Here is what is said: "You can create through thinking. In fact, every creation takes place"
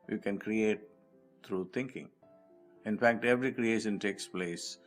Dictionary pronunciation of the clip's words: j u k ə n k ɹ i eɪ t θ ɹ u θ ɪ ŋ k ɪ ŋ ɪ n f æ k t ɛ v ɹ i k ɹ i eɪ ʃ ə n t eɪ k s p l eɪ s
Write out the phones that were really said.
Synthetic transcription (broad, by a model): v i k ə n k ɹ i eɪ t t ɹ u t ɪ ŋ k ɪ ŋ ɪ n f æ k t ɛ v ɹ i k ɹ i eɪ ʃ ə n t eɪ k s p l eɪ s